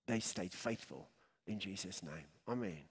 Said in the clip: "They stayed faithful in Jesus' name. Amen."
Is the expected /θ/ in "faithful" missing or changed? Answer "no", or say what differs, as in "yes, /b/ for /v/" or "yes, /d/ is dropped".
no